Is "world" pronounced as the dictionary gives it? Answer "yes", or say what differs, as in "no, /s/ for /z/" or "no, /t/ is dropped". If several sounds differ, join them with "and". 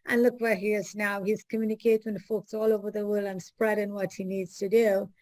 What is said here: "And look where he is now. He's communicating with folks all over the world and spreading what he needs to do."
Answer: no, /d/ is dropped